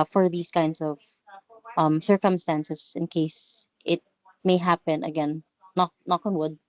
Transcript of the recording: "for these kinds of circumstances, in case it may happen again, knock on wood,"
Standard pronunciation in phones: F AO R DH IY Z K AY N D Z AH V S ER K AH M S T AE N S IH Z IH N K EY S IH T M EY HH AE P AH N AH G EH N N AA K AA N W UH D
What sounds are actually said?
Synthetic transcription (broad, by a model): F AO R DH IY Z K AY N D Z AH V S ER K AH M S T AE N S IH S IH N K EY S IH T M EY HH AE P AH N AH G EH N N AA K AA N W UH D